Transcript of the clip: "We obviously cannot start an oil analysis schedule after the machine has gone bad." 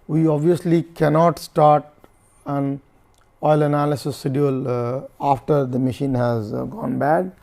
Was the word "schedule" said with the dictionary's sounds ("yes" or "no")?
no